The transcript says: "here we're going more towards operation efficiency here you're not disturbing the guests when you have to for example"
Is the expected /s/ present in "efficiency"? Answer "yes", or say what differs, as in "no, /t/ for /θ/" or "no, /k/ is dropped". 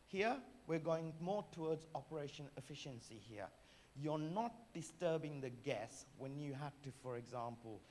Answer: yes